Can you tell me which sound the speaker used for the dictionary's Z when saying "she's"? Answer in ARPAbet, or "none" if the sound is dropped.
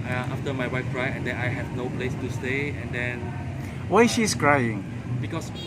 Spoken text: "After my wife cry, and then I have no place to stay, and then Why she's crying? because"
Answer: S